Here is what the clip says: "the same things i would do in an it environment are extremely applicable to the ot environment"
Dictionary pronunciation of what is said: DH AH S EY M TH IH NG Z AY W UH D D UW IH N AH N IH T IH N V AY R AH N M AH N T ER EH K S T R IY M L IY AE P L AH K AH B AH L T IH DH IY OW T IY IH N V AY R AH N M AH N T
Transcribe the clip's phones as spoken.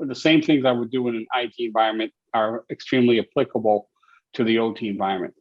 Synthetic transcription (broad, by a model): DH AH S EY M TH IH NG Z AY W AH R D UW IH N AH N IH T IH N V AY R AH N M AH N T ER EH K S T R IY M L IY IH P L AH K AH B L T IH DH IY OW T IY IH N V AY R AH N M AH N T